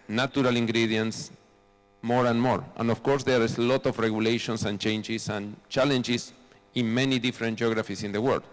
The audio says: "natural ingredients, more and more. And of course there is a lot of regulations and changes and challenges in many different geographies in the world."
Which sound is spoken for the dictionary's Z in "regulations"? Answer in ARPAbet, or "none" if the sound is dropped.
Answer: S